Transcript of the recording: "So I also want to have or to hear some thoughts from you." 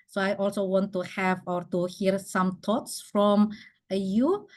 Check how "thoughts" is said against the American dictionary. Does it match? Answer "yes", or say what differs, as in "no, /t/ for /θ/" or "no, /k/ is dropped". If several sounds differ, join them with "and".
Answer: no, /t/ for /θ/